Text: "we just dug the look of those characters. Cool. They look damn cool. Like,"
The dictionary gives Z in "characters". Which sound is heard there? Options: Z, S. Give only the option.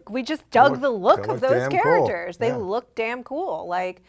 Z